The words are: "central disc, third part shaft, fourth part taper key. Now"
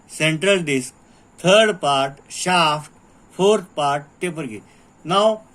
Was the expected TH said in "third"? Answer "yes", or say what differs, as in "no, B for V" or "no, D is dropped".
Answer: no, T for TH